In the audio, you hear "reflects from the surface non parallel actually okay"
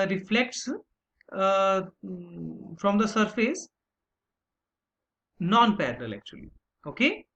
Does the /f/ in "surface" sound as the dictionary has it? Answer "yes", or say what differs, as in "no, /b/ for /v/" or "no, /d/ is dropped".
yes